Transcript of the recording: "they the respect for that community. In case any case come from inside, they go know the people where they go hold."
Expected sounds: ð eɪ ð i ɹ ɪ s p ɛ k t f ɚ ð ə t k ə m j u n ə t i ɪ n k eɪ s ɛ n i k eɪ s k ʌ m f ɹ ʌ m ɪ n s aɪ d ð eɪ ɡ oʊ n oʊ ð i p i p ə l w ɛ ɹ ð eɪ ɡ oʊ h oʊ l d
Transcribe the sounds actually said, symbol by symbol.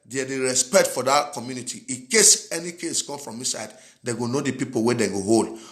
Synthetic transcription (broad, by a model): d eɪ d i ɹ ɪ s p ɛ k t f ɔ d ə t k ə m j u n ə t i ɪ k eɪ s ɛ n i k eɪ s k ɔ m f ɹ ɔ m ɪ s aɪ d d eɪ ɡ oʊ n oʊ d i p i p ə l w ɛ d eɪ ɡ oʊ h oʊ l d